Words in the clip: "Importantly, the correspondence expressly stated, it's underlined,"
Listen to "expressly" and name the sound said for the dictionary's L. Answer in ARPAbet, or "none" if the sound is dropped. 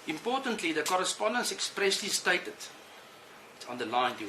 L